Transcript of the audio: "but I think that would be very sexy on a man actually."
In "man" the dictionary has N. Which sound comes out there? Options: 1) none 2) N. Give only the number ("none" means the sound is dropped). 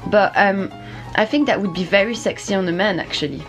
2